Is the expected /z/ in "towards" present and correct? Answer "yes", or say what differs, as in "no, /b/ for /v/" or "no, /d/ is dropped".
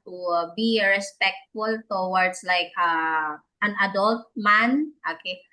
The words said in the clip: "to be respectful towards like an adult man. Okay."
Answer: no, /s/ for /z/